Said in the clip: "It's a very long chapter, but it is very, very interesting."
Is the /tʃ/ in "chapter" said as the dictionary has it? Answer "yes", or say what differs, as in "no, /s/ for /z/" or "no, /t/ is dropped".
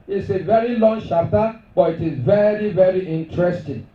no, /ʃ/ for /tʃ/